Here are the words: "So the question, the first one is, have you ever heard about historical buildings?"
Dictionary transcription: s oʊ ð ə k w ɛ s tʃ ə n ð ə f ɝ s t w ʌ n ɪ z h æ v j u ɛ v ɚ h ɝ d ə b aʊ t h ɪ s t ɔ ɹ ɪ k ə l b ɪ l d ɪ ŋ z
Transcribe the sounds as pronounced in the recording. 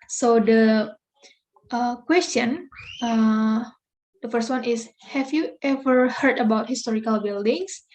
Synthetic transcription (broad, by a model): s oʊ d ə k w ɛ s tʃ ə n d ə f ɝ s t w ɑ n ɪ s h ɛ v j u ɛ v ɚ h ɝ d ə b aʊ t h ɪ s t ɔ ɹ ɪ k ə l b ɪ l d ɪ ŋ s